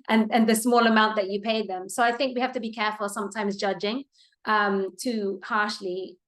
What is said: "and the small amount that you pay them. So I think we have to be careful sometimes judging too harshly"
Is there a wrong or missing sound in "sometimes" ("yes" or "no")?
no